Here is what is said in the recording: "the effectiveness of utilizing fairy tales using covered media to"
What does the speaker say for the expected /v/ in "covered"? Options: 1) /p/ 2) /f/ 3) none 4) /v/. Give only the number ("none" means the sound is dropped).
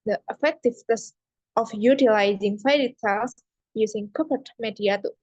1